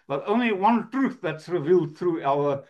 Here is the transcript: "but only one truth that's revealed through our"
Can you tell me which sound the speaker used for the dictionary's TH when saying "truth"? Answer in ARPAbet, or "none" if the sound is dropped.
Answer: TH